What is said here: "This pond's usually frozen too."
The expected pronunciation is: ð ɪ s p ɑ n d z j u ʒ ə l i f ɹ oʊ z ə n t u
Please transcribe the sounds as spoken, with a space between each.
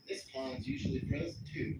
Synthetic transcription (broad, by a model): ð ɪ s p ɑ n z j u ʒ l i p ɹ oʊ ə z t u